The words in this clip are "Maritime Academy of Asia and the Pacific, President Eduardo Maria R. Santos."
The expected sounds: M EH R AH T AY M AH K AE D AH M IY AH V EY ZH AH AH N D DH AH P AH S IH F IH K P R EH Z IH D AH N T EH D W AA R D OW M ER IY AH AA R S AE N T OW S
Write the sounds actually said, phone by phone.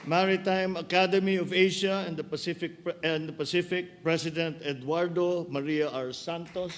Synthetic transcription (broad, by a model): M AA R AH T AY M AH K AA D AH M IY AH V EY SH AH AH N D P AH P AH S IH F IH K P R EH S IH D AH N T EH D W AA R D OW M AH IY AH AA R S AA N T OW S